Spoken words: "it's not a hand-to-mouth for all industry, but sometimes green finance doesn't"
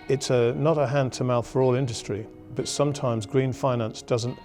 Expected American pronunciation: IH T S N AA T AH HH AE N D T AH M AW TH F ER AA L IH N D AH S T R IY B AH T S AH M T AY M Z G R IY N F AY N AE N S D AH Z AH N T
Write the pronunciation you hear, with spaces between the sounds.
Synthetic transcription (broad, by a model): IH T S N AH T AH HH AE N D T AH M AW TH F ER AA L IH N D AH S T R IY B AH T S AH M T AY M Z G R IY N F AY N AE N S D AH Z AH N T